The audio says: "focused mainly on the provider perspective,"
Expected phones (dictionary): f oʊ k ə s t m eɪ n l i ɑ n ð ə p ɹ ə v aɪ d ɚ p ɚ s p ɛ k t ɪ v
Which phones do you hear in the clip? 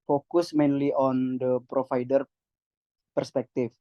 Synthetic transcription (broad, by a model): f oʊ k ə s m eɪ n l i ɑ n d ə p ɹ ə f aɪ d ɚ p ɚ s p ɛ k t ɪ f